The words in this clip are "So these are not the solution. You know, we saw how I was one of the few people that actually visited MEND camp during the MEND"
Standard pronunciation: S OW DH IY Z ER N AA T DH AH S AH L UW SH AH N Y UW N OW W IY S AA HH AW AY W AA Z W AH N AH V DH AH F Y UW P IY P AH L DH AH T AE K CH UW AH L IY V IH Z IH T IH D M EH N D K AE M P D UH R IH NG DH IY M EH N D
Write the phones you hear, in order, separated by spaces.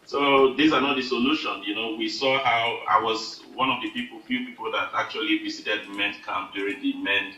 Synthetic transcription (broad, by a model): S OW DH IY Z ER N AA T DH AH S AH L UW SH AH N Y UW N OW W IY S AA HH AW AY W AA Z W AH N AH V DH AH F Y UW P IY P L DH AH T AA K CH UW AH L IY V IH S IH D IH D M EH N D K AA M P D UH R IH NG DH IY M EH N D